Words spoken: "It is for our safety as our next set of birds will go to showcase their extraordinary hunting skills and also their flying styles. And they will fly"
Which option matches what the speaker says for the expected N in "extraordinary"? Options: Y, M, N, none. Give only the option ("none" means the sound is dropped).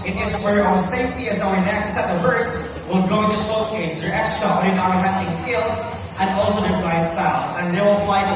none